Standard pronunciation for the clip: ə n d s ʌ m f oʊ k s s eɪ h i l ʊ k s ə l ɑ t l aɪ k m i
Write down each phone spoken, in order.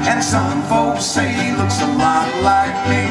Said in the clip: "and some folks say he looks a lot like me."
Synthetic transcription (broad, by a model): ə n s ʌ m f oʊ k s s eɪ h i l ʊ k s ə l ɑ t l aɪ k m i